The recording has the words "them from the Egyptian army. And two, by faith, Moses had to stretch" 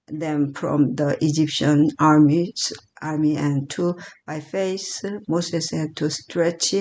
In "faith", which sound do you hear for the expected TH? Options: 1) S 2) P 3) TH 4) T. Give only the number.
1